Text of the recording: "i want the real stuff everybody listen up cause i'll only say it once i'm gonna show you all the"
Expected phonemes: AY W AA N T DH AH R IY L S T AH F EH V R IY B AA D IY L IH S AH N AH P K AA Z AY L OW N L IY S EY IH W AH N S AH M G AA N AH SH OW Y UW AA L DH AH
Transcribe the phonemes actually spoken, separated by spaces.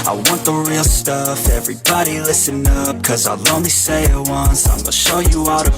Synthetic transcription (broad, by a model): AY W AA N DH AH R IY L S T AH F EH V R IY B AA D IY L IH S AH N AH P K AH Z AY L OW N L IY S EY IH W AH N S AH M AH SH OW Y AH AA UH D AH